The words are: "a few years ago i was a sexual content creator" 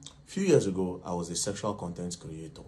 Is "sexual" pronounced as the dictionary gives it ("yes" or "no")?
yes